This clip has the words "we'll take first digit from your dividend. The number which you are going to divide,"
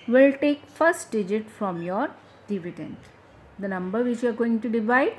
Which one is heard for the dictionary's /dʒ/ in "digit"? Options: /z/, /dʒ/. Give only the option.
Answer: /dʒ/